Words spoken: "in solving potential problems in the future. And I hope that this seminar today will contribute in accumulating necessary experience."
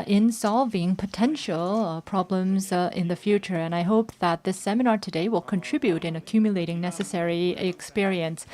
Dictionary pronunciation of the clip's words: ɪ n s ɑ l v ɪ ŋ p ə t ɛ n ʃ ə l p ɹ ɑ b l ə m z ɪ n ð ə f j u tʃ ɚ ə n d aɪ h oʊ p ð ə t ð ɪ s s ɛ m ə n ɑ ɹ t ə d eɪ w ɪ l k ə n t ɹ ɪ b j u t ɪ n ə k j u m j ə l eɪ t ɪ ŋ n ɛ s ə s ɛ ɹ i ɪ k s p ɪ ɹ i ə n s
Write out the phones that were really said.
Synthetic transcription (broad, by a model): ɪ n s ɑ l v ɪ ŋ p ə t ɛ n ʃ ə l p ɹ ɑ b l ə m z ɪ n ð ə f j u tʃ ɚ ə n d aɪ h oʊ p ð ə t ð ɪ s s ɛ m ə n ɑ ɹ t ə d eɪ w ɪ l k ə n t ɹ ɪ b j u t ɪ n ə k j u m j ə l eɪ t ɪ ŋ n ɛ s ə s ɛ ɹ i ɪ k s p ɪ ɹ i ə n s